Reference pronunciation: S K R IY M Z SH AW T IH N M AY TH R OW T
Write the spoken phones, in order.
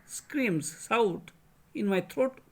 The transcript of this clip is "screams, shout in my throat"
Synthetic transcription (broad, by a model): S K R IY M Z S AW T IH N M AY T R OW T